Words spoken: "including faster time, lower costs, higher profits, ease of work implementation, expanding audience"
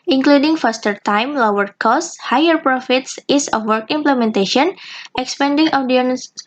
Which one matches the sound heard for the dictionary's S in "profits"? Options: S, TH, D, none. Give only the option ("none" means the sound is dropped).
S